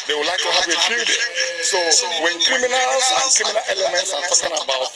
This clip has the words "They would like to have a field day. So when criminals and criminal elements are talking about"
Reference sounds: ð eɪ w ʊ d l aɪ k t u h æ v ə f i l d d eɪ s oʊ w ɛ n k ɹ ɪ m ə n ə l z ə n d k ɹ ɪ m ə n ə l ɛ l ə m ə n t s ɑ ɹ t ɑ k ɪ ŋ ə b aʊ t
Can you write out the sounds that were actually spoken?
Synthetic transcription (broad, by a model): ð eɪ w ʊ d l aɪ k t u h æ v ə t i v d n s oʊ w ɛ n k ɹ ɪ m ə n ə l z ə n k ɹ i m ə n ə l ɛ l ə m ə n t s ɑ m t ɑ k ɪ ŋ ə b aʊ t